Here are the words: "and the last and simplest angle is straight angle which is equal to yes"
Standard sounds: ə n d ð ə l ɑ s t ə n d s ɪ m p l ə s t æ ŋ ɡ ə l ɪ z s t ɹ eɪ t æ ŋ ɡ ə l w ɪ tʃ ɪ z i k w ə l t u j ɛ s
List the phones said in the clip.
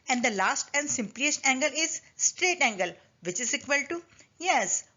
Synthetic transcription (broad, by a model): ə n d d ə l ɑ s t ə n d s ɪ m p l ə s t æ ŋ ɡ ə l ɪ z s t ɹ eɪ t æ ŋ ɡ ə l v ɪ tʃ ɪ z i k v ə l t u j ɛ s